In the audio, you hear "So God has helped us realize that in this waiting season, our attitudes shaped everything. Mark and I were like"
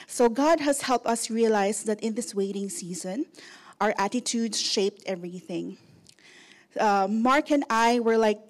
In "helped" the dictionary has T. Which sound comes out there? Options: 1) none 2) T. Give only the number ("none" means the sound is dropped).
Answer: 2